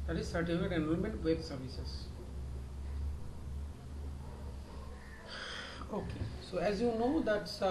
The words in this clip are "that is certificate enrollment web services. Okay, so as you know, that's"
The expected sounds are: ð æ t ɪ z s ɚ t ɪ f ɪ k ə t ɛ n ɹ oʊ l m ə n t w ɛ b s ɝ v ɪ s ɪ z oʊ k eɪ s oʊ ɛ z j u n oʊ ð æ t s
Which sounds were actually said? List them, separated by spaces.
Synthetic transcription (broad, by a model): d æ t ɪ z s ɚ t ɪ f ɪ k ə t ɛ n oʊ n m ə n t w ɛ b s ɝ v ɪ s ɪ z oʊ k eɪ s oʊ ɛ z j u n oʊ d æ t s